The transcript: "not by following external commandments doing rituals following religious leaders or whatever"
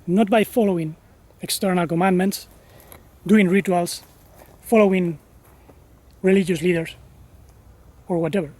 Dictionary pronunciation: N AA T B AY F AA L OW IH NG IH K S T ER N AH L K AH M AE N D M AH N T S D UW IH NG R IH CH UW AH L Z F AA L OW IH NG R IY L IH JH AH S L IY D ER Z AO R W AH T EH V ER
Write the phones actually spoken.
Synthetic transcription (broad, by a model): N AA T B AY F AA L OW IH NG IH K S T ER N AH L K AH M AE N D M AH N T S D UW IH NG R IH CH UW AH L S F AA L OW IH NG R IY L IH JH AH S L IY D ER S AO R W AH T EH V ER